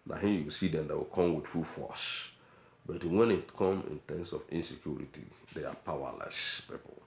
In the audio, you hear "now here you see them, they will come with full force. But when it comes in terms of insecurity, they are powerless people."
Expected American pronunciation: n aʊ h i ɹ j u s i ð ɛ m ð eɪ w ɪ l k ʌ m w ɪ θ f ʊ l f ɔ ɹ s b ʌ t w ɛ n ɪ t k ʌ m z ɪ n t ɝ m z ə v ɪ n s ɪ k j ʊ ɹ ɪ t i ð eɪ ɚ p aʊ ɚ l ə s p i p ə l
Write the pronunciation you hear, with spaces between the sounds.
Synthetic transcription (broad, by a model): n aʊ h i j u s i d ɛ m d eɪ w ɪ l k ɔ m w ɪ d f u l f ɔ s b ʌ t w ɛ n ɪ t k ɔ m ɪ n t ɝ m s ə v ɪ n s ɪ k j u ɹ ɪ t i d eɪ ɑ p aʊ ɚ l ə s p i p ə l